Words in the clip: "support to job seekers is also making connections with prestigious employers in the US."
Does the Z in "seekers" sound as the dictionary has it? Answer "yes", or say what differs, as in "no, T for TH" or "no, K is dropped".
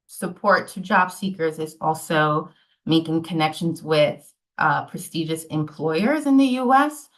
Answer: yes